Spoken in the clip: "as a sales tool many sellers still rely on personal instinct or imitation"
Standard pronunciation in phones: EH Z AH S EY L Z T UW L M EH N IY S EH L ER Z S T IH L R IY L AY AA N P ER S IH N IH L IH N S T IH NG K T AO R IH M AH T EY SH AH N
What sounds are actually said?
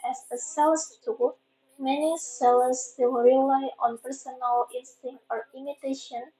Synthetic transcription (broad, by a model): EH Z AH S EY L S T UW M EH N IY S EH L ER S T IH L R IY L AY AA N P ER S IH N IH L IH N S T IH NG T AO R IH M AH T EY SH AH N